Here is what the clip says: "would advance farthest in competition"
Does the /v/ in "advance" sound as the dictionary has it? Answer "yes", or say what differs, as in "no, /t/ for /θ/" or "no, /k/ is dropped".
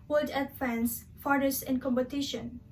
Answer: no, /f/ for /v/